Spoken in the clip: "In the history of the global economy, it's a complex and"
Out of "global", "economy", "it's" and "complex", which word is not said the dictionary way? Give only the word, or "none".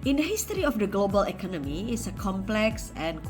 none